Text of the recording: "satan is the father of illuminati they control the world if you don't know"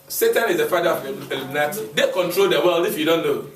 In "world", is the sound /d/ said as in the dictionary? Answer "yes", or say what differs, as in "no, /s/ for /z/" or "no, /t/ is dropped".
no, /d/ is dropped